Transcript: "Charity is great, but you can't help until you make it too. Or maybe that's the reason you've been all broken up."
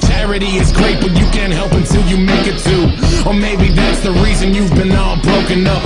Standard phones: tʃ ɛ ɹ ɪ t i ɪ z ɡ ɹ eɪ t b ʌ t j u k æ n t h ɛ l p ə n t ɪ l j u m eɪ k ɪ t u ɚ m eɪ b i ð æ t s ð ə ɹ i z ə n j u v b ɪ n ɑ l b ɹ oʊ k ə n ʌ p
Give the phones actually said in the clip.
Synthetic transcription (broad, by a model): tʃ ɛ ɹ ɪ t i ɪ z ɡ ɹ eɪ t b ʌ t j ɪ k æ n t h ɛ l p ə n t ɪ l j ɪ m eɪ k ɪ t u ɚ m eɪ b i ð æ t s ð ə ɹ i z ə n j u v b ɪ n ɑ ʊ b ɹ oʊ k ə n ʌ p